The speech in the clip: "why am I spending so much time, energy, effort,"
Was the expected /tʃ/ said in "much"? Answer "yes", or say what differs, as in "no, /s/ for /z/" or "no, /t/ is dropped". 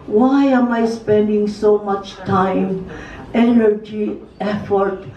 yes